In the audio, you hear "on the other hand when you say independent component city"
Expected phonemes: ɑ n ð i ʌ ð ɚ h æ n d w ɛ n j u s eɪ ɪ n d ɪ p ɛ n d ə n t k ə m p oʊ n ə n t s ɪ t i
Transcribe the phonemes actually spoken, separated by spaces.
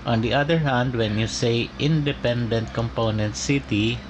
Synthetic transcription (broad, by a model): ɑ n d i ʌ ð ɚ h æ n d w ɛ n j u s eɪ ɪ n d ɪ p ɛ n d ə n t k ə m p oʊ n ə n t s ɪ t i